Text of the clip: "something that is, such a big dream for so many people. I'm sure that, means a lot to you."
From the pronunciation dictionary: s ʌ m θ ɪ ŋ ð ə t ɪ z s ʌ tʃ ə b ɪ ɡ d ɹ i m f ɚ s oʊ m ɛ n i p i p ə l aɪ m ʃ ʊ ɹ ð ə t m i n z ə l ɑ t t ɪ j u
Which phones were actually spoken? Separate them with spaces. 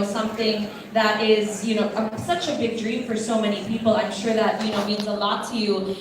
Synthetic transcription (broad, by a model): s ʌ m θ ɪ ŋ ð ə t ɪ z s ʌ tʃ ə b ɪ ɡ d ɹ i m f ɚ s oʊ m ɛ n i p i p l aɪ m ʃ ʊ ɹ ð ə t m i n z ə l ɑ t t ɪ j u